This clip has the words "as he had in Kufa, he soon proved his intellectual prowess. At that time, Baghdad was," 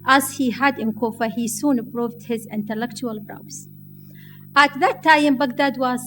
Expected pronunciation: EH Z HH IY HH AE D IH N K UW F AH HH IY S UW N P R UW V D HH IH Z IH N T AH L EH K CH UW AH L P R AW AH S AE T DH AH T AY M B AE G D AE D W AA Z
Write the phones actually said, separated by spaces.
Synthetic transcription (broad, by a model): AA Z HH IY HH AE D IH N K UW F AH HH IY S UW N P R UW V D HH IH Z IH N T AH L EH K CH UW AH L B R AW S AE T DH AH T AY M B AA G D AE D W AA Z